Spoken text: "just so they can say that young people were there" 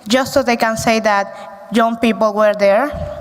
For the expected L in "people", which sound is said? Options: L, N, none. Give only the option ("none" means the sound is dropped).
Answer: L